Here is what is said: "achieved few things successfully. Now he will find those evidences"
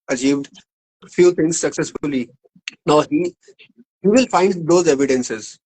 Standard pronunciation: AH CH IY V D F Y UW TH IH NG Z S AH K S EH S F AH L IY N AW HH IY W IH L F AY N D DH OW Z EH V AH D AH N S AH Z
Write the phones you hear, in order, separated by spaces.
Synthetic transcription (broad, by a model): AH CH IY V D F Y UW T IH NG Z S AH K S EH S F AH L IY N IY HH IY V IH L F AY N D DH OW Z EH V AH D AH N S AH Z